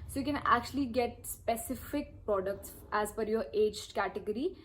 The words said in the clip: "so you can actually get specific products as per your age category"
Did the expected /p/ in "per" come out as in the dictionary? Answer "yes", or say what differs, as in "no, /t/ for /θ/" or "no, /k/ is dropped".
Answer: no, /f/ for /p/